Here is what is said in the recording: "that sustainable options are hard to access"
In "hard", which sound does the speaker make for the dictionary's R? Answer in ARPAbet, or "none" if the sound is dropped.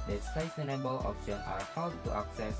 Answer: W